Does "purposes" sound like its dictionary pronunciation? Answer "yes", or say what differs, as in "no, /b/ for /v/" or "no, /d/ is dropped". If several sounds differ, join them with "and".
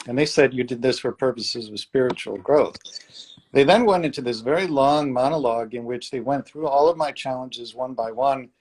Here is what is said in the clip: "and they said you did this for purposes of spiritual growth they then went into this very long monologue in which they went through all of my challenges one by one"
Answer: yes